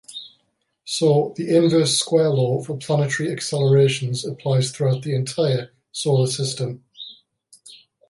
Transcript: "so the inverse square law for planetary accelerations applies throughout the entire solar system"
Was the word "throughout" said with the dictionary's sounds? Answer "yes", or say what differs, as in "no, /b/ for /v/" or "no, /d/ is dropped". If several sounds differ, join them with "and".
yes